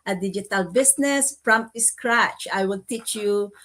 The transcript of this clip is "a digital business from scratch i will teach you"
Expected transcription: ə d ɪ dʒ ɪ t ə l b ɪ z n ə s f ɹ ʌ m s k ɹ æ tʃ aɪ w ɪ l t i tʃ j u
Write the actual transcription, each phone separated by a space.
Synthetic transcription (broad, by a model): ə d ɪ dʒ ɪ t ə l b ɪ s n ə s p ɹ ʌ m s k ɹ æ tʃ aɪ w ɪ l t i tʃ j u